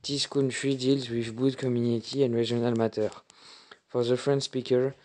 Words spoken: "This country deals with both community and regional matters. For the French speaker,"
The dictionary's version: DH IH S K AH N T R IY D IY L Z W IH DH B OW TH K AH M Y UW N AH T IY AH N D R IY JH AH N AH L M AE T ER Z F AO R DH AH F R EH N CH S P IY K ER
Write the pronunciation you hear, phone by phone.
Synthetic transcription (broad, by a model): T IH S K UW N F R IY D IY L Z W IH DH B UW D K AH M Y UW N AH T IY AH N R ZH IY AH N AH L M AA T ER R F AO R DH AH F R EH N S P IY K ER